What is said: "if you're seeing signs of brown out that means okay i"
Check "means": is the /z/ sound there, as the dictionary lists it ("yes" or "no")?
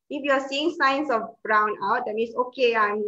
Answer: no